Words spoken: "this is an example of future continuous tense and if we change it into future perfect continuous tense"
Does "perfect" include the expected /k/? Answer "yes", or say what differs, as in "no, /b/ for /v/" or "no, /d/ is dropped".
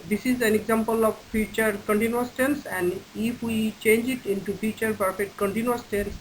no, /k/ is dropped